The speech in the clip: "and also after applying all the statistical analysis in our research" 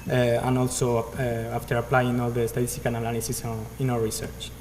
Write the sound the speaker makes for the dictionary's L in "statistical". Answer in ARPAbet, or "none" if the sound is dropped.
N